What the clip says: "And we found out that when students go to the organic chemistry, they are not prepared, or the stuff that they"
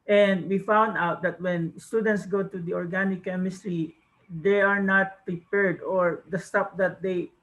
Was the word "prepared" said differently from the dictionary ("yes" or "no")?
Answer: no